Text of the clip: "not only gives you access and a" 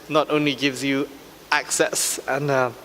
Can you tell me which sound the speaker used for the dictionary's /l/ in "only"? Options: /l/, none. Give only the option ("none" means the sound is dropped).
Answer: /l/